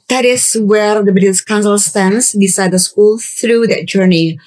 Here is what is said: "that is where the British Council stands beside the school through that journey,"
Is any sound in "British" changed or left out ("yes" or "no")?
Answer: yes